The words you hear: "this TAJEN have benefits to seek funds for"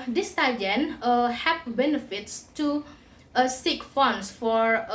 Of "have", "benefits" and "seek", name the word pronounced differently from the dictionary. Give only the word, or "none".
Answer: have